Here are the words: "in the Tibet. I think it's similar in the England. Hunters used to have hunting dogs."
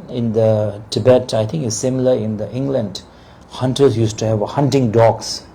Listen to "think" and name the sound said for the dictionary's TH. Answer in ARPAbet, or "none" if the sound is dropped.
T